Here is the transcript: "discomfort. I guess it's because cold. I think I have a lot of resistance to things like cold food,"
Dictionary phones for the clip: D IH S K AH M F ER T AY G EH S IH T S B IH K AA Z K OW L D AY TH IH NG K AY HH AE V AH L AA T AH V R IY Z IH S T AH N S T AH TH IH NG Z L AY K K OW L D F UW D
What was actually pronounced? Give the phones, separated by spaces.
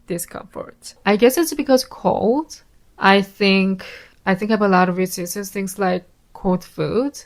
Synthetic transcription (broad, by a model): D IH S K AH M F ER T AY G EH S IH T S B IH K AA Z K OW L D AY TH IH NG K AY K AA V AH L AA T AH V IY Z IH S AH S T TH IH NG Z L AY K K OW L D F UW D